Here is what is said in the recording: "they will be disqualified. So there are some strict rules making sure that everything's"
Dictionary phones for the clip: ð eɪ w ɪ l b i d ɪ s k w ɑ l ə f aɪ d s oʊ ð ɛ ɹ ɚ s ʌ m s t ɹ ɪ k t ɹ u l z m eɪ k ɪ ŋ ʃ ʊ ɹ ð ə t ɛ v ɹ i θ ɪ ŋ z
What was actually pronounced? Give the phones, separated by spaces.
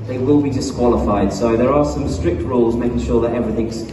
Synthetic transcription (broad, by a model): ð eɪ w ɪ l b i d ɪ s k w ɑ l ə f aɪ d s oʊ ð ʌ ɹ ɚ s ʌ m s t ɹ ɪ k t ɹ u l z m eɪ k ɪ ŋ ʃ ʊ ɹ ð ə t ɛ v ɹ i θ ɪ ŋ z